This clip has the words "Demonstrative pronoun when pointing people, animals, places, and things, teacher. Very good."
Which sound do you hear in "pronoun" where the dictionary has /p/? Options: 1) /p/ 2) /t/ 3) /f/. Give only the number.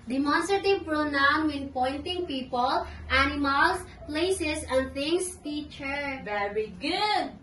1